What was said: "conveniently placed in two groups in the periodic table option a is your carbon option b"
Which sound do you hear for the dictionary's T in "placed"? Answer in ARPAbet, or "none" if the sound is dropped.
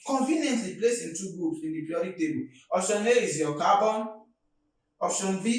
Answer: none